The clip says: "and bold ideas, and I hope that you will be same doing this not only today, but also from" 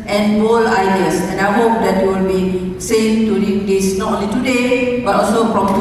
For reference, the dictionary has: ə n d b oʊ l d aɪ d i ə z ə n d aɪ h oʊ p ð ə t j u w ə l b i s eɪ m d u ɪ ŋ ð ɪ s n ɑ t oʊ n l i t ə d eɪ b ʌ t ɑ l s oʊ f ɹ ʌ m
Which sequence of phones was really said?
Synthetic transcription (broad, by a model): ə n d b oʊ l aɪ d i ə s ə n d aɪ h oʊ p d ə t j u w ə l b i s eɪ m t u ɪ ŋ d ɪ s n ɑ t oʊ n l i t ə d eɪ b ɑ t ɑ l s oʊ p ɹ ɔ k